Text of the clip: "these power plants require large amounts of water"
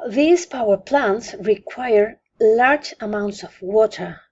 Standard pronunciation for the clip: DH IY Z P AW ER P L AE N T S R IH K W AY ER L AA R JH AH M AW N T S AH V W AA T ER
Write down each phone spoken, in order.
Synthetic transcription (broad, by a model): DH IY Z P AW ER P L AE N T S R IH K W AY ER L AA R JH AH M AW N T S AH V W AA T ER